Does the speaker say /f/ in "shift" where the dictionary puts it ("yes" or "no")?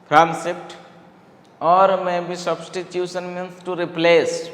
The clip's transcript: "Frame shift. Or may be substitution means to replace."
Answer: no